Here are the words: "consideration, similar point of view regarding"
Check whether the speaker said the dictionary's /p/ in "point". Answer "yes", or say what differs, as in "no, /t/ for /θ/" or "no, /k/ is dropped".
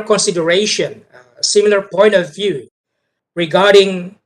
yes